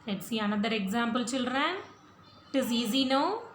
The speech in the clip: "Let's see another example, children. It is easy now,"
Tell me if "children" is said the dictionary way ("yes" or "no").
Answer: no